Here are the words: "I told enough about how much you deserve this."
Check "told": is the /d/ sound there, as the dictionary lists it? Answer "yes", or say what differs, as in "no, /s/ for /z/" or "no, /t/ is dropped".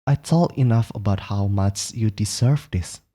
no, /d/ is dropped